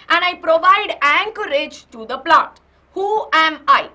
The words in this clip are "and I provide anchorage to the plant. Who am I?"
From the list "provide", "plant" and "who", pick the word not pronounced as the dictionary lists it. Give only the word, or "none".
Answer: plant